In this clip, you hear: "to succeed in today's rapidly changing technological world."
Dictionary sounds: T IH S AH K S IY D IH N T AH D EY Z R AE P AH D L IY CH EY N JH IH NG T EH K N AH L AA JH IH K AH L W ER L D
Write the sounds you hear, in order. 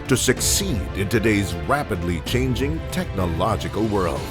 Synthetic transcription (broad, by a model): T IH S AH K S IY D IH N T AH D EY Z R AE P AH D L IY CH EY N JH IH NG T EH K N AH L AA JH IH K AH L W ER L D